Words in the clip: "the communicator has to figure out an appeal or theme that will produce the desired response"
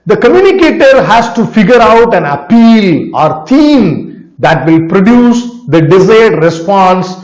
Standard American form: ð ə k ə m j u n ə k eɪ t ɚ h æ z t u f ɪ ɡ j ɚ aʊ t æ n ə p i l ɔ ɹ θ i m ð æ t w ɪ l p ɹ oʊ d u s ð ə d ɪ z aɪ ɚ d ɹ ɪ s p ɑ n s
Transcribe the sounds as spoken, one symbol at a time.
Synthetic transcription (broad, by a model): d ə k ə m j u n ə k eɪ t ɚ h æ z t u f ɪ ɡ j ɚ aʊ t æ n ə p i l ɔ ɹ t i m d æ t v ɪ l p ɹ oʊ d u s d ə d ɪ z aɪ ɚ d ɹ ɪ s p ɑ n s